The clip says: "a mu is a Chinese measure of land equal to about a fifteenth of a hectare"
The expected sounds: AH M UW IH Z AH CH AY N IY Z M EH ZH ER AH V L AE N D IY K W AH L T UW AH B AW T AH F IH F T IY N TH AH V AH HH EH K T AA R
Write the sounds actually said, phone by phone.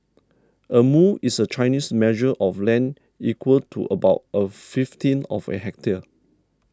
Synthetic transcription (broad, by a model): AH M UW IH S AH CH AY N IY S M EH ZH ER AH F L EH N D IY K W AH L T UW AH B AW T AH F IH F T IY N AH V AH HH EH K T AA